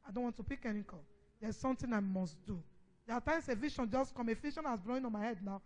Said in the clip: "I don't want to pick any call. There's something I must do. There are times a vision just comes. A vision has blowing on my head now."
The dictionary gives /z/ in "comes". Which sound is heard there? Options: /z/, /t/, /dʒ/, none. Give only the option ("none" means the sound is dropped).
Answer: none